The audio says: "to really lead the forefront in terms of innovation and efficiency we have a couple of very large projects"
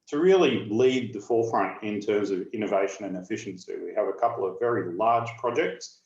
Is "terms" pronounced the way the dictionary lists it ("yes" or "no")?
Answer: yes